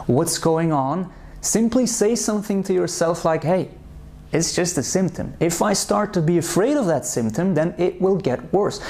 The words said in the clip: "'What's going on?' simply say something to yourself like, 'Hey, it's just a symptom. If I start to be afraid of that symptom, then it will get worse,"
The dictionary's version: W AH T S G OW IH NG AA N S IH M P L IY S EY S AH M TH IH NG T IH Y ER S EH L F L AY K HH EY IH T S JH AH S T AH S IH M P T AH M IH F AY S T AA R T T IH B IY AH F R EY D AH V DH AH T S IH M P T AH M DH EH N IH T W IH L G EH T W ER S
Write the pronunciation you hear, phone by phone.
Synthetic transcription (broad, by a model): W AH T S G OW IH NG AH N S IH M P L IY S EY S AH M TH IH NG T IH Y ER S EH L F L AY K HH EY IH T S JH AH S T AH S IH M P T AH M IH F AY S T AA R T T IH B IY AH F R EY D AH V DH AH T S IH M P T AH M DH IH N IH T W IH L G EH T W ER S